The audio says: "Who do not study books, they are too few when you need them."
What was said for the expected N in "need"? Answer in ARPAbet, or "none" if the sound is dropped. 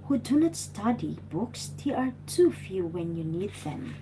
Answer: N